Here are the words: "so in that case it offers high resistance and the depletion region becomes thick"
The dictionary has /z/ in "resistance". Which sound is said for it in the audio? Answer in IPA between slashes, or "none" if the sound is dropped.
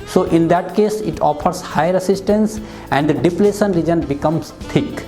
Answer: /s/